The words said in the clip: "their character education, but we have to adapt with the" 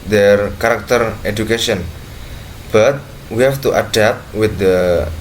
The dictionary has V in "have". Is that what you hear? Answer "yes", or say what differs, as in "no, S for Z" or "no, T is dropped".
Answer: no, F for V